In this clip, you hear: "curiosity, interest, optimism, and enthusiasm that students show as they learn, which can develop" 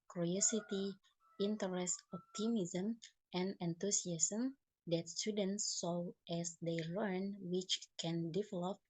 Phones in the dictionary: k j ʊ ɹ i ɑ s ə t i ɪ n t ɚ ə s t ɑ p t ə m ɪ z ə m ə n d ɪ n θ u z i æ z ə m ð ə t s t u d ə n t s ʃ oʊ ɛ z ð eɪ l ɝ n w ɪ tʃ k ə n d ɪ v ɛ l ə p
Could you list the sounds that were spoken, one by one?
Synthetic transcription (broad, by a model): k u ɹ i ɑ s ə t i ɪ n t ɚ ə s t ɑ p t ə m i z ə m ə n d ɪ n t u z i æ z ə m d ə t s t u d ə n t s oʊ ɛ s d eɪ l ɝ n w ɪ tʃ k ə n d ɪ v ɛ l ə p